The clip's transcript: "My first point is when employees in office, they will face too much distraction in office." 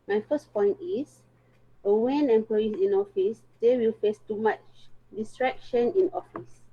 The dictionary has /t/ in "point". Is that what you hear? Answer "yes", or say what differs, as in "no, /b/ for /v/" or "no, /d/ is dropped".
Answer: yes